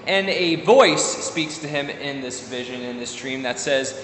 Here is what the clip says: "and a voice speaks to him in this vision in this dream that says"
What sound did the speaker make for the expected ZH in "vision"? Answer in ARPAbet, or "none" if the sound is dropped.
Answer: ZH